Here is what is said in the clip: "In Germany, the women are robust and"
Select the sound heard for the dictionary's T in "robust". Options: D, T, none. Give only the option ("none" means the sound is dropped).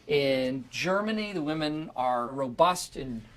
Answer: T